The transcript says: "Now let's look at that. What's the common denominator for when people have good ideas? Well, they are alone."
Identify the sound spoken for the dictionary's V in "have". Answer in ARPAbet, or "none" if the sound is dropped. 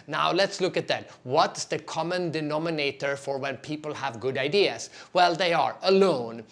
V